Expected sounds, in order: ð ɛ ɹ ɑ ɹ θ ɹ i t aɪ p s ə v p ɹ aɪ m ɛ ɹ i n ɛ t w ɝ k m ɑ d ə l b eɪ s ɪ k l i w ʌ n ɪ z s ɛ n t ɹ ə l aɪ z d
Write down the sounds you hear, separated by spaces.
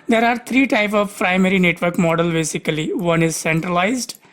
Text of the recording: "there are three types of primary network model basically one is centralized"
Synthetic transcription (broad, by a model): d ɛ ɹ ɑ ɹ t ɹ i t aɪ p s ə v p ɹ aɪ m ɛ ɹ i n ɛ t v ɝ k m ɑ d ə l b eɪ s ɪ k l i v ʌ n ɪ z s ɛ n t ɹ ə l aɪ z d